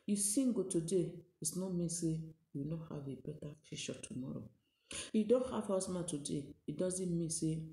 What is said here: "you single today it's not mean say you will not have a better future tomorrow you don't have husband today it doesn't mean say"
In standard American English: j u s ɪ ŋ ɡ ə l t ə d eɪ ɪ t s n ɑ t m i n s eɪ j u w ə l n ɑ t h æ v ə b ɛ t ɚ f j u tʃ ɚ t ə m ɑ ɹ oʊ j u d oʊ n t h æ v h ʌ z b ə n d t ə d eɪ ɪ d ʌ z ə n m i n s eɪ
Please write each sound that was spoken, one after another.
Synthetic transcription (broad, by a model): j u s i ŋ ɡ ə t ə d eɪ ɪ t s n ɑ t m i n s eɪ j u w n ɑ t h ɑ v ə b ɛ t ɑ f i ʃ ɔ t ə m ɑ ɹ oʊ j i d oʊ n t h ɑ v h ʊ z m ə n t ə d eɪ ɪ d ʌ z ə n m i n s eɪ